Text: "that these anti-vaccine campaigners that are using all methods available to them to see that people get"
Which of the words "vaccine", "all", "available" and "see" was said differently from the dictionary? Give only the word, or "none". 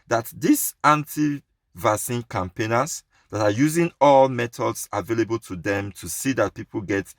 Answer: vaccine